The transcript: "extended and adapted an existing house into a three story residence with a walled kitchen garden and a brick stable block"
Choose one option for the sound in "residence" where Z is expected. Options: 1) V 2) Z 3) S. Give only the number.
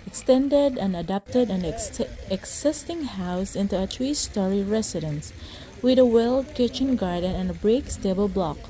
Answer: 3